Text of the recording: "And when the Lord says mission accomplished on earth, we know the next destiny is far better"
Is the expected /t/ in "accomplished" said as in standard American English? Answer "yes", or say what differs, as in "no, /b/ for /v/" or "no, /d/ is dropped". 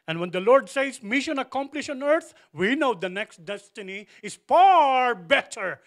no, /t/ is dropped